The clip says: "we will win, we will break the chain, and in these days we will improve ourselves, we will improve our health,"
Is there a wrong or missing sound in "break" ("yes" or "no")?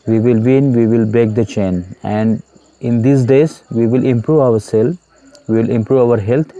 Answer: yes